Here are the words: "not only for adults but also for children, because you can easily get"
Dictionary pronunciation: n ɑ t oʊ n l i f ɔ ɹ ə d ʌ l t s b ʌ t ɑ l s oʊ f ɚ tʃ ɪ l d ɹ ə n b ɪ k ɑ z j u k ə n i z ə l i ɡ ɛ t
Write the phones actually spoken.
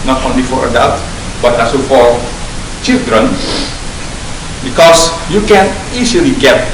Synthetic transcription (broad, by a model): n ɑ t oʊ n l i f ɔ ɹ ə d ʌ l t b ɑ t ɑ l s oʊ f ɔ tʃ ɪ l d ɹ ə n b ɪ k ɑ s j u k ə n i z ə l i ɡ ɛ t